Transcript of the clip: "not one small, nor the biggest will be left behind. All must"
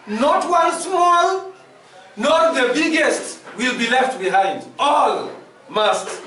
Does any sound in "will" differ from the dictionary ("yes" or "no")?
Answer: no